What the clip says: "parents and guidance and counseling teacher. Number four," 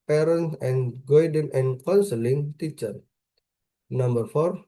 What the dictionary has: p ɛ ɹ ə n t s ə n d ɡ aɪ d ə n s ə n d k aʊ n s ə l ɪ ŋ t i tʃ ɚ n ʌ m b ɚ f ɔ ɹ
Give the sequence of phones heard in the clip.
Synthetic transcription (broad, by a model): p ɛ ɹ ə n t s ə n ɡ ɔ d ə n ə n k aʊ n s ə l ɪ ŋ t i tʃ ɚ n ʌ m b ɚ f ɔ ɹ